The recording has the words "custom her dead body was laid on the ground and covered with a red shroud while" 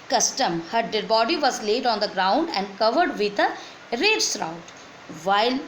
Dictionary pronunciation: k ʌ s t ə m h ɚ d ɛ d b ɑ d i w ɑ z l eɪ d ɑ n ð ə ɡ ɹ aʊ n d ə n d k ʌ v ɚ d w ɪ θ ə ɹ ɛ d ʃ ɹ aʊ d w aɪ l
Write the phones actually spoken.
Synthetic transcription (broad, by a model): k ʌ s t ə m h ɚ d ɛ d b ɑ d i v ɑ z l eɪ d ɑ n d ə ɡ ɹ aʊ n d ə n d k ʌ v ɚ d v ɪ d ə ɹ ɛ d s ɹ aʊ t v aɪ l